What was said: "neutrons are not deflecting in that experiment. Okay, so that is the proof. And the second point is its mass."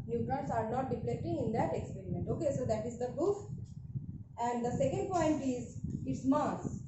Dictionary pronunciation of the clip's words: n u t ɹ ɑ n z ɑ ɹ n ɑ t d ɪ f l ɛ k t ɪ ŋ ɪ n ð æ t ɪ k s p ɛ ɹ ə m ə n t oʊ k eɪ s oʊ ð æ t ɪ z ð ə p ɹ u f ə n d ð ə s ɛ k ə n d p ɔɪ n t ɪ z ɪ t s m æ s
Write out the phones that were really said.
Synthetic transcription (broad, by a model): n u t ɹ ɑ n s ɑ ɹ n ɑ t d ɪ p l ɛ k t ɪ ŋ ɪ n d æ t ɪ k s p ɛ ɹ ə m ə n t oʊ k eɪ s oʊ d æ t ɪ z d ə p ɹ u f ə n d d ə s ɛ k ə n d p ɔɪ n t ɪ z ɪ t s m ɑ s